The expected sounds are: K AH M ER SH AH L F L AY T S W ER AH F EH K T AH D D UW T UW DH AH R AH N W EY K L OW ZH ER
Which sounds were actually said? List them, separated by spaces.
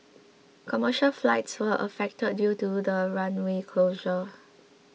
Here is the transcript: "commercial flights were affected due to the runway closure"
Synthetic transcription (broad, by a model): K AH M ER SH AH L F L AY T S W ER AH F EH K T AH D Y UW T UW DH AH R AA N W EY K L OW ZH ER